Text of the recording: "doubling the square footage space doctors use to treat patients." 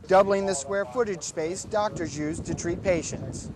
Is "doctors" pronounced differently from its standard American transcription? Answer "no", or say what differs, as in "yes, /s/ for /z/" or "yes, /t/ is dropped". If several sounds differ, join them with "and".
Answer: no